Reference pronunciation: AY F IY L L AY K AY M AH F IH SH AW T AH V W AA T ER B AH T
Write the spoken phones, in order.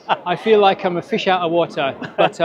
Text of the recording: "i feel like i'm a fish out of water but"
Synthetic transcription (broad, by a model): AY F IY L L AY K AY M AH F IH SH AW T AH V W AA T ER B AH T